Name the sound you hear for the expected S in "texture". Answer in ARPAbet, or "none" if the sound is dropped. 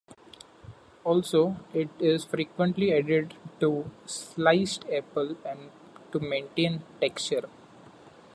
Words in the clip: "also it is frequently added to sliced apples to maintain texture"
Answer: S